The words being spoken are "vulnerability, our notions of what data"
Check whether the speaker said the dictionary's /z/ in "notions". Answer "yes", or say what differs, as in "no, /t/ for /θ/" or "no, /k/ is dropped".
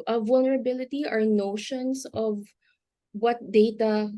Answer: no, /s/ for /z/